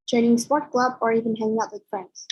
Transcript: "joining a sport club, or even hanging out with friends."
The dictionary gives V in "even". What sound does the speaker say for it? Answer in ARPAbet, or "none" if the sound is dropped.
V